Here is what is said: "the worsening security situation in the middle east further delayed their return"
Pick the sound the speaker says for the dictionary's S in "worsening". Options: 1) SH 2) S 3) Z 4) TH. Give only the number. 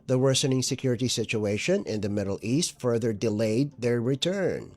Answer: 2